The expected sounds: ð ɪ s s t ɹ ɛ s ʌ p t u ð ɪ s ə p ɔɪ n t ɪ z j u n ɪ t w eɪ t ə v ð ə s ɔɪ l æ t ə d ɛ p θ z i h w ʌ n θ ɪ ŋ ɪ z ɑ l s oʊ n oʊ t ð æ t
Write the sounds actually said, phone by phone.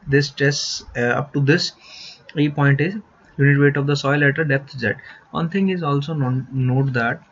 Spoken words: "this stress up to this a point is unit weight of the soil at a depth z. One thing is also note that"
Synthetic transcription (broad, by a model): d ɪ s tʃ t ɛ s ʌ p t u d ɪ s ə p ɔɪ n t ɪ z j u n ɪ t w eɪ t ə v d ə s ɔɪ l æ t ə d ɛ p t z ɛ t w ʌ n t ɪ ŋ ɪ z ɑ l s oʊ n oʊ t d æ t